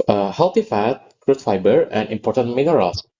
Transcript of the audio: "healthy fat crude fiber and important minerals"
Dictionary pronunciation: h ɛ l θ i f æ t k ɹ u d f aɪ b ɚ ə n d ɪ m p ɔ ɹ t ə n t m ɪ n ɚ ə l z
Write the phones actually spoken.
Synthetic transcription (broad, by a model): h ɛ l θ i f æ t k ɹ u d f aɪ b ɚ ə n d ɪ m p ɔ ɹ t ə n t m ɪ n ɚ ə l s